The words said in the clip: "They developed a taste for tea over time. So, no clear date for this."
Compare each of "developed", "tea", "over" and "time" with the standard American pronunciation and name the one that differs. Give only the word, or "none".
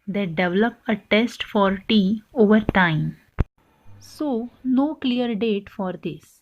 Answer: developed